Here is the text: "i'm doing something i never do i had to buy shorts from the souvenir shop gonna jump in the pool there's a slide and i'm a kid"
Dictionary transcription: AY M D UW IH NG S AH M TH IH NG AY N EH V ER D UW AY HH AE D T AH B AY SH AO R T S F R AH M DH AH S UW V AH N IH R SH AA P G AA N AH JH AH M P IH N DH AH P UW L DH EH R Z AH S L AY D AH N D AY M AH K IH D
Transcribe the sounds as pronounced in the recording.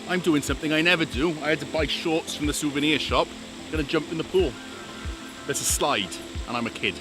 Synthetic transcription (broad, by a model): AY M D UW IH NG S AH M TH IH NG AY N EH V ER D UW AY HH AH D T AH B AY SH AO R T S F R AH M DH AH S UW V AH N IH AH SH AA P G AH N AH JH AH M P IH N DH AH P UW L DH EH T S AH S L AY D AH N AY M AH K IH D